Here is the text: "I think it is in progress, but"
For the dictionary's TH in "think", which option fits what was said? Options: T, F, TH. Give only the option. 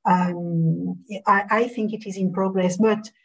TH